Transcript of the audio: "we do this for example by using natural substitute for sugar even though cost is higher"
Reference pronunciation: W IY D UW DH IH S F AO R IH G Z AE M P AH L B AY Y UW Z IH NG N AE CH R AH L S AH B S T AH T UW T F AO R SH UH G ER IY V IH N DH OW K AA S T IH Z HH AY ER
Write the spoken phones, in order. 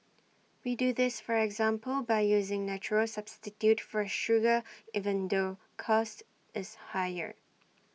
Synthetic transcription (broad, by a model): W IY D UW DH IH S F AO R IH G Z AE M P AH L B AY Y UW Z IH NG N AE CH R AH L S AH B S T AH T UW T F AO R SH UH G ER IY V IH N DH OW K AA S T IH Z HH AY ER